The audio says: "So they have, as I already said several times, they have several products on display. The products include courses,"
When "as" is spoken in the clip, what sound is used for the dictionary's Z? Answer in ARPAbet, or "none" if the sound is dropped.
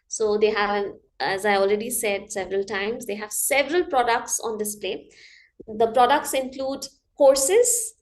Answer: Z